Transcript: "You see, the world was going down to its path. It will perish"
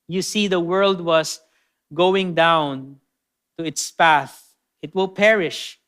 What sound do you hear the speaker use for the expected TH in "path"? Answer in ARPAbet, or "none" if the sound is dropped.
TH